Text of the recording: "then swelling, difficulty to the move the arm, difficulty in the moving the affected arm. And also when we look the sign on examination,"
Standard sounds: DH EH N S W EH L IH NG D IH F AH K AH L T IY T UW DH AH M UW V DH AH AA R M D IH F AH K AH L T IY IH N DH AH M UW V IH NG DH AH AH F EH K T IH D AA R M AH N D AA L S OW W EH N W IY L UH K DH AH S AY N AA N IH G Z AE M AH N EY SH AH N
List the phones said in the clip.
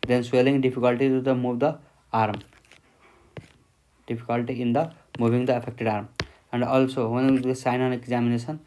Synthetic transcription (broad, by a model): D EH N S W EH L IH NG D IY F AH K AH L T IY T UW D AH M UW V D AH AA R M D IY P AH K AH L T IY IH N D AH M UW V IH NG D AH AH P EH K T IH D AA R M AH N D AA L S OW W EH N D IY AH S AY N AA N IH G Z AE M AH N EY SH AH N